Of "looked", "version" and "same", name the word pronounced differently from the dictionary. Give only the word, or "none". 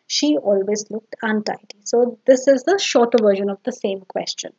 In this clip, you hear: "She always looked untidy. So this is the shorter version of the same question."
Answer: none